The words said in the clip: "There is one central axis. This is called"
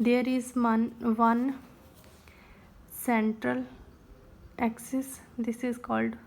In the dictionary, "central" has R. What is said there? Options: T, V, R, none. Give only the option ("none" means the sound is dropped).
R